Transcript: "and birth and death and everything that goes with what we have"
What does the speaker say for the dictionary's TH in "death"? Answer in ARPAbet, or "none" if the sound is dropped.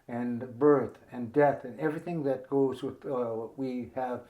TH